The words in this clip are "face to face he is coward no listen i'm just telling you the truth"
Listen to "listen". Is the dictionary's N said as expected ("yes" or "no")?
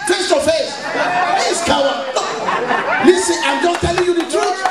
no